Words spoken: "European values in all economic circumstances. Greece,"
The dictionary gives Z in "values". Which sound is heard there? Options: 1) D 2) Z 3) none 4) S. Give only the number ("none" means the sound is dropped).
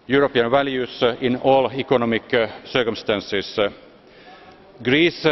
4